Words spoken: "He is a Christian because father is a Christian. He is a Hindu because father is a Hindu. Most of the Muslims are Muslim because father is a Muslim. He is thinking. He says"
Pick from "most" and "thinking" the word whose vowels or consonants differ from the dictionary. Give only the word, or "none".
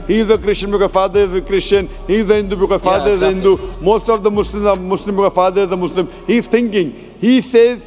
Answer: thinking